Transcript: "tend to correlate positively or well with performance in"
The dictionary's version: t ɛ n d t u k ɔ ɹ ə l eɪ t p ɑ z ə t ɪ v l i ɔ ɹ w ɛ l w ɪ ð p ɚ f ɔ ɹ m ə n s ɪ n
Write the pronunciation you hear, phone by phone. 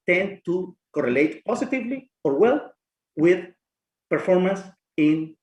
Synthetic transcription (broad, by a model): t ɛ n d t u k ɔ ɹ ə l eɪ t p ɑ s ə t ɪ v l i ɔ ɹ w ɛ l w ɪ ð p ɚ f ɔ ɹ m ə n s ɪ n